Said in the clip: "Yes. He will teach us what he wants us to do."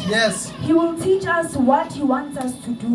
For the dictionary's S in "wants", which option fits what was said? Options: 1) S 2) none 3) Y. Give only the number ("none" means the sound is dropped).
1